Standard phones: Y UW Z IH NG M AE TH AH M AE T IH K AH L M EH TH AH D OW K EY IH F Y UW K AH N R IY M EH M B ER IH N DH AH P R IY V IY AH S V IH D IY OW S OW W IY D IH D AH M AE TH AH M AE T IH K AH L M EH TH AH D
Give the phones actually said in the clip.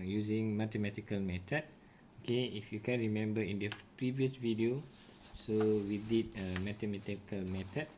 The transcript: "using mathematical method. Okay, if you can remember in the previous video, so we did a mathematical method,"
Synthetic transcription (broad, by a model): Y UW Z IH NG M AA T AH M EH T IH K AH L M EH T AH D OW K EY IH F Y UW K AH N R IY M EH M B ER IH N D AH P R IY V IY AH S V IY D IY OW S OW W IY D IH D AH M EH T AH M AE T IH K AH L M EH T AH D